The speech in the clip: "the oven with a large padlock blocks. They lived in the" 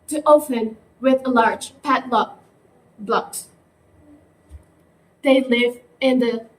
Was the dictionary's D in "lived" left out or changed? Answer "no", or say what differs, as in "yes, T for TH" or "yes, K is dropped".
yes, D is dropped